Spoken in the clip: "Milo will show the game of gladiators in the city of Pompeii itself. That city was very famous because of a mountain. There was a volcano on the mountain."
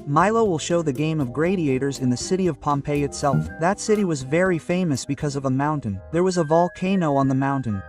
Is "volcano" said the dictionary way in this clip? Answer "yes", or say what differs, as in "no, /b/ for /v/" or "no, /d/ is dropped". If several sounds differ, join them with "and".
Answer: yes